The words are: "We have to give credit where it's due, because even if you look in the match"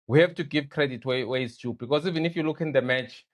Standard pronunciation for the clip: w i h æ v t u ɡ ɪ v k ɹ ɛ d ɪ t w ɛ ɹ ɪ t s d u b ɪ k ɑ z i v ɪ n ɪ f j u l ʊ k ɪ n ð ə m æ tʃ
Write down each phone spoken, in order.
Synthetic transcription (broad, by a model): w i h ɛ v t u ɡ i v k ɹ ɛ d ɪ t w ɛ w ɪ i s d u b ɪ k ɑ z i v ɪ n ɪ f j u l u k ɪ n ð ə m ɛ tʃ